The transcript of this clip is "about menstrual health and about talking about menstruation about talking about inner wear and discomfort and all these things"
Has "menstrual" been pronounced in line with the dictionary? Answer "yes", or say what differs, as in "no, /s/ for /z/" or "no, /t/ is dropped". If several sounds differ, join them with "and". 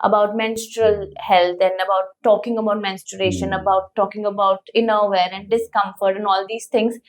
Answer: yes